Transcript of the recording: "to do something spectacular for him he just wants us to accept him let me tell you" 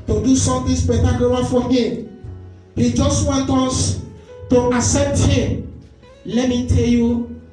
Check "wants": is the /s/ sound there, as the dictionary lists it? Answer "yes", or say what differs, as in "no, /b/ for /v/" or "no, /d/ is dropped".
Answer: no, /s/ is dropped